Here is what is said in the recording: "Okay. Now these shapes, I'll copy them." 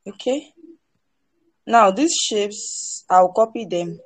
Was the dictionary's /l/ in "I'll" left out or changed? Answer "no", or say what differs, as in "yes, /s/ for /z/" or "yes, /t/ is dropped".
yes, /w/ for /l/